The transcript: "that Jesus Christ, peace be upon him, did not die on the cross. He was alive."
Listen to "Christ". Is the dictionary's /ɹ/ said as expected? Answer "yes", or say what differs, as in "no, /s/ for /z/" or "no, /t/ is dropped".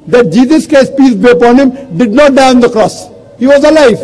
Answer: no, /ɹ/ is dropped